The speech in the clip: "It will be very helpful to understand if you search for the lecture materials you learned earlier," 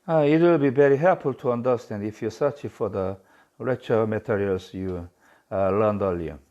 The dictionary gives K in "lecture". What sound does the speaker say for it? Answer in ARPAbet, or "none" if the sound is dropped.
none